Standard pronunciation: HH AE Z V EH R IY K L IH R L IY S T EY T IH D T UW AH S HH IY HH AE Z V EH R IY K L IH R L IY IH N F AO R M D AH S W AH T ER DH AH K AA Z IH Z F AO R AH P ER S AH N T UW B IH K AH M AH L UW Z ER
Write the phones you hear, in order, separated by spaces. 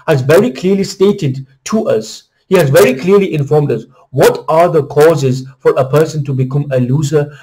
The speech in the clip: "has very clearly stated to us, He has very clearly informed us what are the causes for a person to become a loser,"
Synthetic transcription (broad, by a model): HH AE Z V EH R IY K L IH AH L IY S T EY T IH D T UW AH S HH IY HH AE Z V EH R IY K L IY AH L IY IH N F AO R M D AH S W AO T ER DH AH K AA Z IH Z F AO R AH P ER S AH N T UW B IH K AH M AH L UW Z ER